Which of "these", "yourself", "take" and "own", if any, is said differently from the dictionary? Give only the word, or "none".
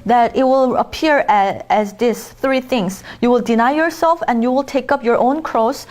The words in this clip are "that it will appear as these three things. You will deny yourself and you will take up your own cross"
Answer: these